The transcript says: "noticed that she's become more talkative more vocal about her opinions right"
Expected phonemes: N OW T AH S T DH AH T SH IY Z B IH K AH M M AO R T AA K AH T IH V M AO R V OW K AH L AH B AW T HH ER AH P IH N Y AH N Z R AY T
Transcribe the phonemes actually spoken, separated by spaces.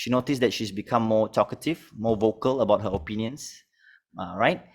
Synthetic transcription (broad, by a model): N OW T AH S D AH T SH IY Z B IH K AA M M AO T AA K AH T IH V M AO V OW K AH L AH B AW T HH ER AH P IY N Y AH N S R AY T